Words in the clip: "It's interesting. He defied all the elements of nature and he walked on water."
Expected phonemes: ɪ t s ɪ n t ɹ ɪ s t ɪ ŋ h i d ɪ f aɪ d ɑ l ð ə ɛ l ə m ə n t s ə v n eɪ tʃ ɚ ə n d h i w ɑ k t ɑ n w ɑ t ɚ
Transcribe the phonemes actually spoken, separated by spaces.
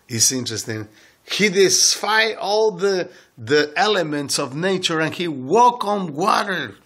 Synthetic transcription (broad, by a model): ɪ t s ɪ n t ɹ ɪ s t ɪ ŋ h i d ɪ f aɪ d ɑ l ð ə ɛ l ə m ə n t s ə v n eɪ tʃ ɚ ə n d h i w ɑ k ɑ n w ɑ t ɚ